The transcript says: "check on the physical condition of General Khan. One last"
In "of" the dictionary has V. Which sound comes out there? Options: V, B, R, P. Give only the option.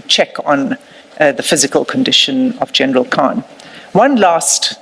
V